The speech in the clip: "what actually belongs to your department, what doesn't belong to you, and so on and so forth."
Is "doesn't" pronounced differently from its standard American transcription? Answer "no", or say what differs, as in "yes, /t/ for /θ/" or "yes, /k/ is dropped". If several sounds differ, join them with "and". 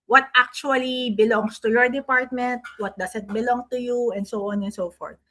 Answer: yes, /s/ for /z/